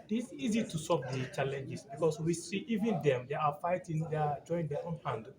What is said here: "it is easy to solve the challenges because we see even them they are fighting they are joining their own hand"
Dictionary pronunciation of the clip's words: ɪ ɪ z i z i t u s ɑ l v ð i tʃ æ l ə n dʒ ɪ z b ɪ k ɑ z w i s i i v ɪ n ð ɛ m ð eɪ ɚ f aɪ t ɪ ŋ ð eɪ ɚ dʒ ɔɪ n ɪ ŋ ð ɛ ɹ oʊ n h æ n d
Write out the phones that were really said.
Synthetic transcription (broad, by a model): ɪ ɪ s i z i t u s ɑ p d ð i tʃ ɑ l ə n dʒ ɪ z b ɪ k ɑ s w i s i i v ɪ n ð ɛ m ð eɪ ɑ f aɪ t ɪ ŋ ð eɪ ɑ dʒ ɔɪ ɪ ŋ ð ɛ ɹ oʊ n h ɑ n d